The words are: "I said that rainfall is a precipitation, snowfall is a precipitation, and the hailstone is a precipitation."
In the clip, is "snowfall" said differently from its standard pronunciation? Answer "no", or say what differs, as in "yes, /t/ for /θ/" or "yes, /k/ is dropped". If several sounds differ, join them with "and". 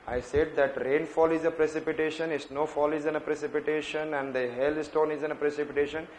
no